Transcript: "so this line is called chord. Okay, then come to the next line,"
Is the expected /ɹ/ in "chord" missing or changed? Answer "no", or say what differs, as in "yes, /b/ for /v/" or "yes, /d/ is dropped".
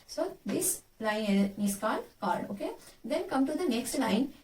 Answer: yes, /l/ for /ɹ/